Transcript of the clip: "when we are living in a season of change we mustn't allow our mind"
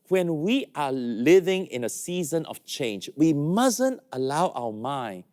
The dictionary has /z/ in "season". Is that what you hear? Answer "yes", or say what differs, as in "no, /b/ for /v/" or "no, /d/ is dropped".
yes